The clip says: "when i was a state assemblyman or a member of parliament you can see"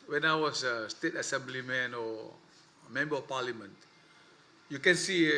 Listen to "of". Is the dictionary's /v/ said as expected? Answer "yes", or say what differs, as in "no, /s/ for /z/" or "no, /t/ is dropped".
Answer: no, /f/ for /v/